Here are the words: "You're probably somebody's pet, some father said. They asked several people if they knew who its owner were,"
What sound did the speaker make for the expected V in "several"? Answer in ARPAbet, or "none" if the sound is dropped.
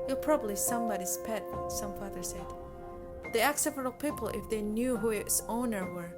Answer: F